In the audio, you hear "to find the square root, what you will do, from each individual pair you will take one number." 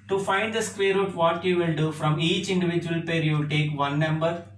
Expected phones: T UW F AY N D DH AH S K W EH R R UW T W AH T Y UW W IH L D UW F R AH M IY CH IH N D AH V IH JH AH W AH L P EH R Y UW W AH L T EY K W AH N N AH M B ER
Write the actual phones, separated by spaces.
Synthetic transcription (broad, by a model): T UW F AY N D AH S K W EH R R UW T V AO T Y UW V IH L D UW F R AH M IY CH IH N D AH V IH JH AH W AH L P EH R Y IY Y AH T EY K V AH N N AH M B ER